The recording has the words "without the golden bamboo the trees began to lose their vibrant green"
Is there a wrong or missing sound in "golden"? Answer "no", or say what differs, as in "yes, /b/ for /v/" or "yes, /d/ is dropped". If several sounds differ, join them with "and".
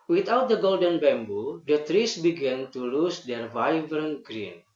no